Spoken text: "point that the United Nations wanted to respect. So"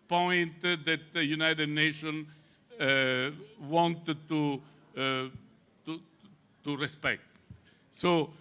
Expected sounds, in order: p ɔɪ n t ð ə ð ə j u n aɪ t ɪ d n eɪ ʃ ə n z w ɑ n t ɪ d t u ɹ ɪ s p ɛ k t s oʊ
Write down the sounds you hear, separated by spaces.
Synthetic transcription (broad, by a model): p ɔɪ n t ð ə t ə j u n aɪ t ɪ d n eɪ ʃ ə n w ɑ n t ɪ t t u ɹ ɪ s p ɛ k t s oʊ